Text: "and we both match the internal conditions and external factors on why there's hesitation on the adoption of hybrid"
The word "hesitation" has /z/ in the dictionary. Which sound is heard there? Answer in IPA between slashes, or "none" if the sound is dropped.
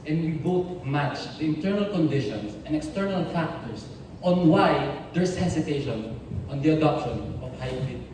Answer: /s/